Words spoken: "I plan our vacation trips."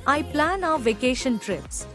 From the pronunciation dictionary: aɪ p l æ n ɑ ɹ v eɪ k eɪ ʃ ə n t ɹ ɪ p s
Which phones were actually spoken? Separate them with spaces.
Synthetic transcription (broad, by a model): aɪ p l æ n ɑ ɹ v eɪ k eɪ ʃ ə n t ɹ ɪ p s